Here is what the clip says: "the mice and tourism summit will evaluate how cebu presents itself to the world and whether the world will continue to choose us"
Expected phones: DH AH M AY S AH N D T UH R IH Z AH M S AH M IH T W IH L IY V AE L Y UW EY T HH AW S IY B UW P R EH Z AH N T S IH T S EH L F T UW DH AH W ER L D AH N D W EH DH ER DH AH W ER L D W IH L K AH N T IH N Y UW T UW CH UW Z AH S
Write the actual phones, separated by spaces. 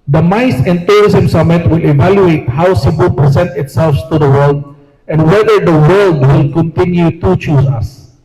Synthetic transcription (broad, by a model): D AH M AY S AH N T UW R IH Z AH M S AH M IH T W IH L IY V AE L Y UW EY T HH AW S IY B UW P R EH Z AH N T IH T S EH L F T UW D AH W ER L D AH N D W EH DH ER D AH W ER L D W IH L K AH N T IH N Y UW T UW CH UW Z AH S